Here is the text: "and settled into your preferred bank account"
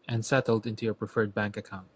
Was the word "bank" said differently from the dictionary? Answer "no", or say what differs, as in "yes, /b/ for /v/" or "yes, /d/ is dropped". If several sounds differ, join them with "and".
no